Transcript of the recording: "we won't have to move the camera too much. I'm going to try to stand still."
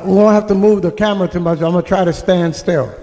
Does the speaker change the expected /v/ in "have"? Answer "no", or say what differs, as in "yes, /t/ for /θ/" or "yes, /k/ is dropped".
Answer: yes, /f/ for /v/